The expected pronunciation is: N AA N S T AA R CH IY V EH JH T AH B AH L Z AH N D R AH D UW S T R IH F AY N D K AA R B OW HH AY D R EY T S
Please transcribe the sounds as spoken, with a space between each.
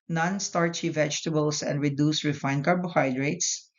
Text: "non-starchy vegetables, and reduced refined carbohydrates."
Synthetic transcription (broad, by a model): N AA N S T AA R CH IY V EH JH T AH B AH L S AH N D R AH D UW S R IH F AY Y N K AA R B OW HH AY D R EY T S